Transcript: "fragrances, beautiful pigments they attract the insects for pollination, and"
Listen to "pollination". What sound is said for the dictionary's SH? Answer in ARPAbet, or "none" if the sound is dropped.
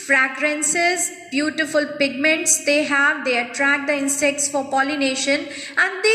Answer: SH